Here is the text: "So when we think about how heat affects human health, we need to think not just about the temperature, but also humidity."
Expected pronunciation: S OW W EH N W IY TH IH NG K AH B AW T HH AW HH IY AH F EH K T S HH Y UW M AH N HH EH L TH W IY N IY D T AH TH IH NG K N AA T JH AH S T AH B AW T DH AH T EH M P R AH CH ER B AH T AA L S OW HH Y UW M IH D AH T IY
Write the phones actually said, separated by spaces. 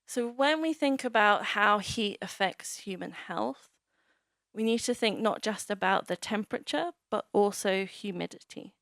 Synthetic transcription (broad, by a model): S OW W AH N W IY TH IH NG K AH B AW T HH AW HH IY AH F EH K T S HH Y UW M AH N HH EH L TH W IY N IY D T AH TH IH NG K N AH T JH AH S T AH B AW T DH AH T EH M P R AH CH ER B AH T AA L S OW HH Y UW M IH D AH T IY